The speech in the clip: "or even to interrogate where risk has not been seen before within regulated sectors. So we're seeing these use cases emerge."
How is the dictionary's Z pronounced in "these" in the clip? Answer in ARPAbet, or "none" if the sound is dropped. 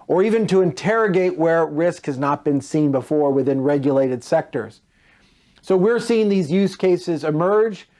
Z